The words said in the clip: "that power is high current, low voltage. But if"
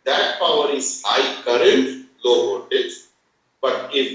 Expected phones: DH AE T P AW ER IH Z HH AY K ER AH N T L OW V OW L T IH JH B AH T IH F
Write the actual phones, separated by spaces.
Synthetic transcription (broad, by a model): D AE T P AW ER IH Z HH AY K ER AH N T L OW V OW T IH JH B AH T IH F